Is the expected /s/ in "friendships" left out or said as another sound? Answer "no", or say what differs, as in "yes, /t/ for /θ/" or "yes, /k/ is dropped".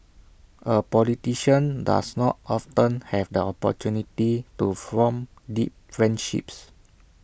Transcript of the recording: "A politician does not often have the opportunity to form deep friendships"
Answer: no